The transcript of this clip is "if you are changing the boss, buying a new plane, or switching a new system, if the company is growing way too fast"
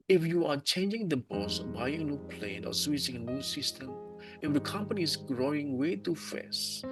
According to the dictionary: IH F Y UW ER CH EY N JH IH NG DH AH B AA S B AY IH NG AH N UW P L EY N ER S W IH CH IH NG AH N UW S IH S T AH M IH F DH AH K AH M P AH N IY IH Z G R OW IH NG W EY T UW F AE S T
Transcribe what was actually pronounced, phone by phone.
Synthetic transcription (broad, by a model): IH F Y UW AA CH EY N JH IH NG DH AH B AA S B AY IH NG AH N UW P L EY N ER S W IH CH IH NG AH N UW S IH S T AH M IH F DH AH K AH M P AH N IY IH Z G R OW IH NG W EY T UW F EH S